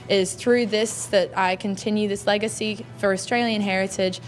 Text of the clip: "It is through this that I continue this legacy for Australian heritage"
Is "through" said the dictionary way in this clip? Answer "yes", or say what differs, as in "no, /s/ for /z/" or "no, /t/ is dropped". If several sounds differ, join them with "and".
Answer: yes